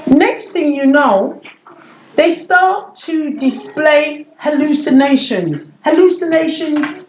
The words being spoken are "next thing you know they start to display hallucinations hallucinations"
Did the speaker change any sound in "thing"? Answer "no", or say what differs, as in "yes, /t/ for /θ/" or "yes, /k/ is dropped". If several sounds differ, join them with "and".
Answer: no